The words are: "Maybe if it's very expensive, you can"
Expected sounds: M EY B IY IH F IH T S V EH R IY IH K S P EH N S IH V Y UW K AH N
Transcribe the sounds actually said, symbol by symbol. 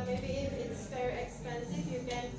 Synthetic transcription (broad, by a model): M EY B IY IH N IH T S F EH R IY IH K S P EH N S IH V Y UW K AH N